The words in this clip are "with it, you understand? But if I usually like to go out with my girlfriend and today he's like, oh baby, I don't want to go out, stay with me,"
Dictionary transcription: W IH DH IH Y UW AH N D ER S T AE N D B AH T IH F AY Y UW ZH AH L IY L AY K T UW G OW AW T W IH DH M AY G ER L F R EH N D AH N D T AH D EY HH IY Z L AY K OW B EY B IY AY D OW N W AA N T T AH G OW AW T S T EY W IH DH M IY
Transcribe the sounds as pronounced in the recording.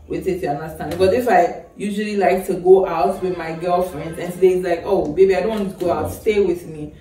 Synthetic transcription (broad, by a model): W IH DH IH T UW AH N D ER S T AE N D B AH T IH F AY Y UW ZH AH L IY L AY K T UW G OW AW T W IH DH M AY G ER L F R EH N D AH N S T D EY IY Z L AY K OW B EY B IY AY D OW N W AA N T T AH G OW AW T S T EY W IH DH M IY